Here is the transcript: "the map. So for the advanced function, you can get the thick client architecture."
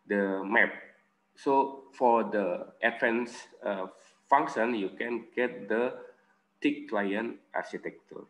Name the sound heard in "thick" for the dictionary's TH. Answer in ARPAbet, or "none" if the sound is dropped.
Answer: T